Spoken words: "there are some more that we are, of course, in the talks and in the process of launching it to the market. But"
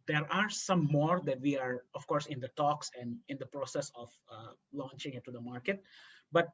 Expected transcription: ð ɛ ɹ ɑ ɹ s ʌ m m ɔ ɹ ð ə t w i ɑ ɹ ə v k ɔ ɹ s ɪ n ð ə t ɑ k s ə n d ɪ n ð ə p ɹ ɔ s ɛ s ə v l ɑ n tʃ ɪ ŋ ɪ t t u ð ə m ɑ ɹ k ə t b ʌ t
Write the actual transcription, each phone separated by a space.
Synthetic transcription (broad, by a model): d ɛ ɹ ɑ ɹ s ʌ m m ɔ ɹ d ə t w i ɑ ɹ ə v k ɔ ɹ s ɪ n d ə t ɑ k s ə n d ɪ n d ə p ɹ ɔ s ɛ s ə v l ɑ n tʃ ɪ ŋ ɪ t t u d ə m ɑ ɹ k ə t b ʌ t